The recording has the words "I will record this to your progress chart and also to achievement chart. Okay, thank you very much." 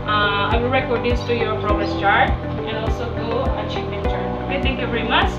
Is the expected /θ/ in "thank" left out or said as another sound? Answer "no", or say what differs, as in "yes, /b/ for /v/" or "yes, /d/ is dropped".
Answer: yes, /t/ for /θ/